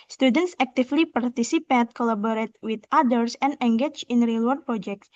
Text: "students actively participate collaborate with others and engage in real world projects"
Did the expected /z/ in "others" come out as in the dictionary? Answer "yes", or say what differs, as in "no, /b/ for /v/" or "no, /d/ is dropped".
no, /s/ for /z/